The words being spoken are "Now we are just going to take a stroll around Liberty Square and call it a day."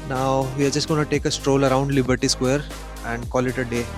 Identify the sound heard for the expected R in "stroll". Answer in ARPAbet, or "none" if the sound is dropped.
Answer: R